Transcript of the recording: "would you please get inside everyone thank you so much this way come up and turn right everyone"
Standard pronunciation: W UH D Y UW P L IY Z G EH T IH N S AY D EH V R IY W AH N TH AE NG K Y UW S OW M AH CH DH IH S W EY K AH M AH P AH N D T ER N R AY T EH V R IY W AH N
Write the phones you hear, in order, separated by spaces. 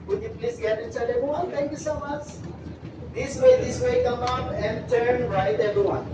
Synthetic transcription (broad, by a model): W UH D Y UW P L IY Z G EH T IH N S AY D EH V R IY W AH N T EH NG K Y UW S OW M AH CH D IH S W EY K AH M AH P AH N D T ER N R AY T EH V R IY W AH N